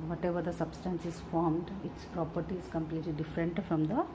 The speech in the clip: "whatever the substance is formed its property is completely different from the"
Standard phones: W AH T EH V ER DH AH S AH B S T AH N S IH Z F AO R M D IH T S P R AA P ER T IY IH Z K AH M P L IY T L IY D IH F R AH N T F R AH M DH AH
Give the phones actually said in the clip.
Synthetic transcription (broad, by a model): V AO T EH V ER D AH S AH B S T AH N S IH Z F AO R M D IH T S P R AA P ER T IY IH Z K AH M P L IY T L IY D IH F R AH N T F R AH M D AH